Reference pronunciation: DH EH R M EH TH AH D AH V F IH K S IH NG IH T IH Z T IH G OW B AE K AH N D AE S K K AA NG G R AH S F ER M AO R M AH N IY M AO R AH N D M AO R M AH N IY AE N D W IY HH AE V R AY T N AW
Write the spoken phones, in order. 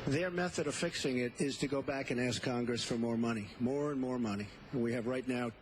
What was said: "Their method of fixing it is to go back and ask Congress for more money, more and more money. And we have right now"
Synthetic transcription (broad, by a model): DH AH R M EH TH AH D AH V F IH K S IH NG IH T IH Z T IH G OW B AE K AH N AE S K K AA NG G R AH S F ER M AO R M AH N IY M AO R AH N M AO R M AH N IY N W IY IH V R AY T N AW